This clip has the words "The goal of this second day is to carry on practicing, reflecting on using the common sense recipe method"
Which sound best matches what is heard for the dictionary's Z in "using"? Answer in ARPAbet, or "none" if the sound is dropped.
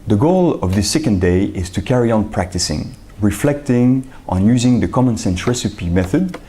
Z